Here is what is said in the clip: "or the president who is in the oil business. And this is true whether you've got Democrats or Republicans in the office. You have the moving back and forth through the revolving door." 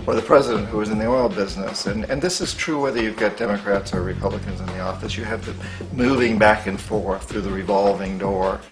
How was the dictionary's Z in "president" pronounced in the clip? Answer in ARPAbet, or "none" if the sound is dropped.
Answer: Z